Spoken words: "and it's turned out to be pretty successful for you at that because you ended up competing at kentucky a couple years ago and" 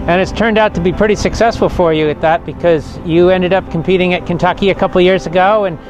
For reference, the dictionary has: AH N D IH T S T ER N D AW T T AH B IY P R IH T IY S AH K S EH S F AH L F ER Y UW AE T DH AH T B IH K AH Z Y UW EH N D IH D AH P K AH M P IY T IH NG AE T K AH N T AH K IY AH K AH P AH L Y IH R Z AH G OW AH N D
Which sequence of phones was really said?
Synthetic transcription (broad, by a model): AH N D IH T S T ER N D AW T T AH B IY P R IH T IY S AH K S EH S F L F ER Y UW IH T DH AH T B IH K AH Z Y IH EH N D IH D AH P K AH M P IY T IH NG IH T K AH N T AH K IY AH K AH P L Y IH R Z AH G OW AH N